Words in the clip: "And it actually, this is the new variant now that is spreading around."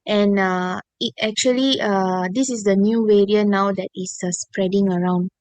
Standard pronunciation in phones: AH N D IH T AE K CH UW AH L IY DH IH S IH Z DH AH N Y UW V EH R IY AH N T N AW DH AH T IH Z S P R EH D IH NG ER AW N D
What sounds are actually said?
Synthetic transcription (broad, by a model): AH N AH IH T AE K CH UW AH L IY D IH S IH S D AH N Y UW W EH R IY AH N N AW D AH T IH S S P R EH D IH NG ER AW N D